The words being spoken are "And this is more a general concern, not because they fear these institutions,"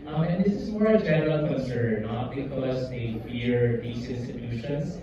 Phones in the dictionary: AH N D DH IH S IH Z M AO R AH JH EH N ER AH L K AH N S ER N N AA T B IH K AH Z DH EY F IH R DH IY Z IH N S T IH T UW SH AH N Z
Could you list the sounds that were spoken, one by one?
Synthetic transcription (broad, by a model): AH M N DH IH S IH Z M AO R AH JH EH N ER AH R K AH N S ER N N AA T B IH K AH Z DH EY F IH R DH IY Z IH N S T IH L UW SH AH N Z